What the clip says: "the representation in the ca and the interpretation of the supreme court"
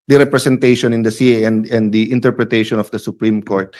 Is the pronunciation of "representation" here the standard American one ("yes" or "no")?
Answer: no